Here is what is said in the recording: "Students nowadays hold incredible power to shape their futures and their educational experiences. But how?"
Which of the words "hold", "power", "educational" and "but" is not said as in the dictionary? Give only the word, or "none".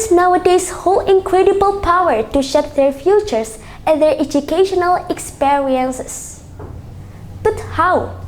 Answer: hold